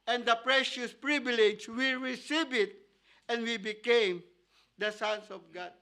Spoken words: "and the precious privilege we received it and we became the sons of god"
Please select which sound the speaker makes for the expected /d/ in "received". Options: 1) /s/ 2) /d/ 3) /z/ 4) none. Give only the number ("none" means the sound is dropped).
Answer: 4